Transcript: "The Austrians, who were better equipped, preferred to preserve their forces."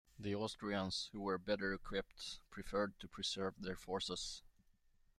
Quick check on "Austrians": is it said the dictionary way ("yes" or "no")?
no